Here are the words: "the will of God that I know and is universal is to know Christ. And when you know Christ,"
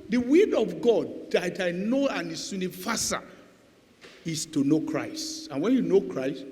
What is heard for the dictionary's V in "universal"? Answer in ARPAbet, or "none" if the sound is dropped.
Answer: F